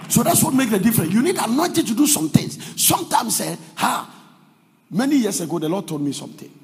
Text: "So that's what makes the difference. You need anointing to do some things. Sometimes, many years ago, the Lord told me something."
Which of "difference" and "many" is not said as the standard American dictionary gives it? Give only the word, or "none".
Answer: difference